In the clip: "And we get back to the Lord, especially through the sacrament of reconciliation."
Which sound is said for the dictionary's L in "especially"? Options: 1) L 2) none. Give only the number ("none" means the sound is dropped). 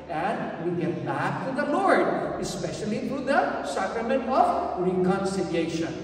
1